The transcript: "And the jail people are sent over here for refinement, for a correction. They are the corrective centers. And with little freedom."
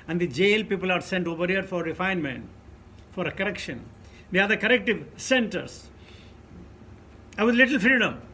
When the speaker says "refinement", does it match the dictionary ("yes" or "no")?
yes